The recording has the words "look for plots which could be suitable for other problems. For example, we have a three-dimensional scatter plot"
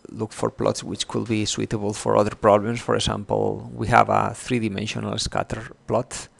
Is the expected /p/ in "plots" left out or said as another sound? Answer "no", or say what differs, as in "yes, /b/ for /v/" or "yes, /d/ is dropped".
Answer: no